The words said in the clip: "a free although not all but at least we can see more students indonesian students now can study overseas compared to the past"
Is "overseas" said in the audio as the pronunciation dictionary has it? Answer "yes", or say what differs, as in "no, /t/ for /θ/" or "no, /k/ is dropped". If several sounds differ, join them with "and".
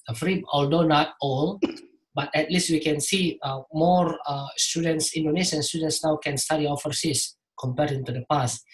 no, /f/ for /v/ and /s/ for /z/